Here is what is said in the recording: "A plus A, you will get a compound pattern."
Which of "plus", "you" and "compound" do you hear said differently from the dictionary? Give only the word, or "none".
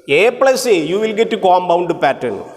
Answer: compound